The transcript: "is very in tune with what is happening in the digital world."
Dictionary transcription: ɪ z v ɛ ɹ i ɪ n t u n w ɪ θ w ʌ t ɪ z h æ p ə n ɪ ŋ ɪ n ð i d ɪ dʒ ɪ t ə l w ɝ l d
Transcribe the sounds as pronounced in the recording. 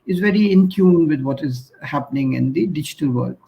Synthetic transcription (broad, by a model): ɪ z v ɛ ɹ i ɪ n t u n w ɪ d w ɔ t ɪ z h æ p ə n ɪ ŋ ɪ n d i d ɪ dʒ ɪ t ə l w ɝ l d